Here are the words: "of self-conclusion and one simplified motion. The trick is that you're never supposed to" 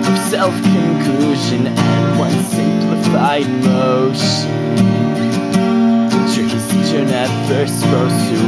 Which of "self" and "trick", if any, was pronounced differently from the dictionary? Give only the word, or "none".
trick